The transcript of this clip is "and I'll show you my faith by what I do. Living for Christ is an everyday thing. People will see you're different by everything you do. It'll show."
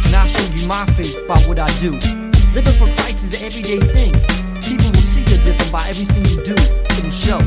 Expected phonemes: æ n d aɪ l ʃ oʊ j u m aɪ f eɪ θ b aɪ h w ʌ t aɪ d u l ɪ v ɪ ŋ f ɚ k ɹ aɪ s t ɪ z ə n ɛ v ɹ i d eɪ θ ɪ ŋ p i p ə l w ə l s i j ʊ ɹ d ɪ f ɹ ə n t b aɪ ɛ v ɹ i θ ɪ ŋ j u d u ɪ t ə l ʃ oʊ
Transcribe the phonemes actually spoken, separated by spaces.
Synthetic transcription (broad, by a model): n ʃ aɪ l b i m aɪ f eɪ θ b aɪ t w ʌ t aɪ d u l ɪ v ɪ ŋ f ɚ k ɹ aɪ s ɪ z ɛ v ɹ i d eɪ θ ɪ ŋ p i p l w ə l s i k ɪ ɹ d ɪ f ɹ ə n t b aɪ ɛ v ɹ i θ ɪ ŋ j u d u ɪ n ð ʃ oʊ